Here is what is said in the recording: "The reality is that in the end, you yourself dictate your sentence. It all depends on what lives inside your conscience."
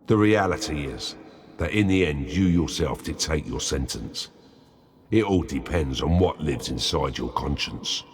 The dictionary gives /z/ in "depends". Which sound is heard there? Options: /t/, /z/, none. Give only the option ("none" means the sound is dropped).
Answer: /z/